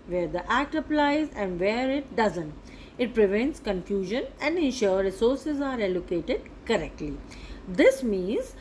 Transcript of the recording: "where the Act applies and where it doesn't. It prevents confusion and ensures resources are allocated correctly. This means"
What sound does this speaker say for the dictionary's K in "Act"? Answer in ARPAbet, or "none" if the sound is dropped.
K